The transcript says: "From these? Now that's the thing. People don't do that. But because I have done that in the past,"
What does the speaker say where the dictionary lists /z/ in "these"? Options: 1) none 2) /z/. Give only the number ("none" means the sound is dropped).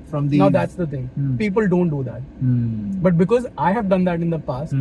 1